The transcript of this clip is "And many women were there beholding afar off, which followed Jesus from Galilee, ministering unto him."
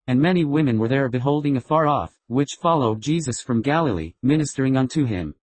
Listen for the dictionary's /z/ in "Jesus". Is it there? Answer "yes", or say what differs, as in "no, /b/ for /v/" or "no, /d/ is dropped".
yes